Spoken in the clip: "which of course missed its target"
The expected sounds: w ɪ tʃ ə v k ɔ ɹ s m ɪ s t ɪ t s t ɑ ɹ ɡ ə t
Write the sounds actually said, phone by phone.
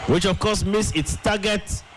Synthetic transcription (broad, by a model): w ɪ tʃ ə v k ɔ s m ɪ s ɪ t s t ɑ ɡ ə t